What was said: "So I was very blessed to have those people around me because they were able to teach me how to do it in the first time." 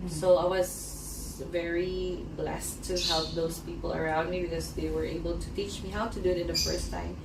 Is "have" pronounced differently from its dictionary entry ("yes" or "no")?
yes